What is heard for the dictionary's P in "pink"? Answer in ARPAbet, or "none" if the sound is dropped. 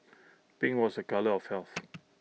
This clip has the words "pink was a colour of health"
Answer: B